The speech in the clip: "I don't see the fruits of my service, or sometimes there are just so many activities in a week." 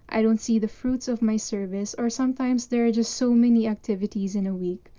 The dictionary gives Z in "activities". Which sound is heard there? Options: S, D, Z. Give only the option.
Z